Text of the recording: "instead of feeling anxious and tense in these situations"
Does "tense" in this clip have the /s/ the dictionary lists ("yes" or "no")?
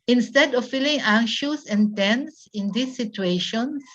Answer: yes